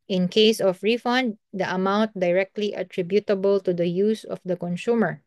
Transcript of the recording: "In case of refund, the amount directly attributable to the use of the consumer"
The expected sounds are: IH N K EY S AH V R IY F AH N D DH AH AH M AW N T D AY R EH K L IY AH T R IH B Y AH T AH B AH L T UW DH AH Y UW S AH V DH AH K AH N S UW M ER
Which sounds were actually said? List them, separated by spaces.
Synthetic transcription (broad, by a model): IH N K EY S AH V R IY F AH N D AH AH M AW N T D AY R EH K L IY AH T R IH B Y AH T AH B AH L T UW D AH Y UW S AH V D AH K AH N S UW M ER